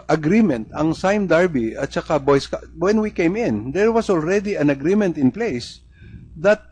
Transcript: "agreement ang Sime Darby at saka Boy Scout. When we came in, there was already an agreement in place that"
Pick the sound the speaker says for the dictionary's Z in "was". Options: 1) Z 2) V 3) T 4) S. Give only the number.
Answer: 4